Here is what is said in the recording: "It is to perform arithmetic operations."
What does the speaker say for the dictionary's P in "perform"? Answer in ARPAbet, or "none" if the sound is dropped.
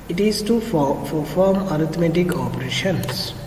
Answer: F